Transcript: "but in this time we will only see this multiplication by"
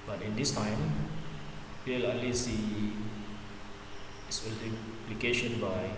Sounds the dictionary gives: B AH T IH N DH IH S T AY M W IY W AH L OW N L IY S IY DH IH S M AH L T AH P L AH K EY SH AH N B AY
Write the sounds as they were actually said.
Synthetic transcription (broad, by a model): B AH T IH N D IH S T AY M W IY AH L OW L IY S IY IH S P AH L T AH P L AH K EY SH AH N B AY